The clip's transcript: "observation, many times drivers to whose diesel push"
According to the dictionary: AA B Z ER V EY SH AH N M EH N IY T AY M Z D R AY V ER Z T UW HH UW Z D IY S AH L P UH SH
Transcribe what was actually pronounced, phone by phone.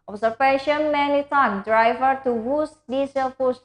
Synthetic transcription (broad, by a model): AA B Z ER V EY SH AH N M EH N IY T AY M D R AY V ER T UW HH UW S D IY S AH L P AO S